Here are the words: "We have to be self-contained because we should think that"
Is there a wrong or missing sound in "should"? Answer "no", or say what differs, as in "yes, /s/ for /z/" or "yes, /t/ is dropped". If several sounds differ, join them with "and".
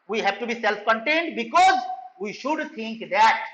no